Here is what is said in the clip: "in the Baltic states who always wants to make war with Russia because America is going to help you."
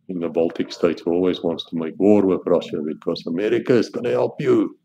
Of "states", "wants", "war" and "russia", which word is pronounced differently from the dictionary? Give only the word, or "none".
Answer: none